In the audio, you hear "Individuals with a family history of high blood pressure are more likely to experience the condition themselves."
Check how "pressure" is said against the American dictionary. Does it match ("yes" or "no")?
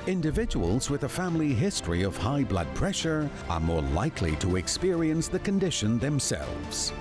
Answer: yes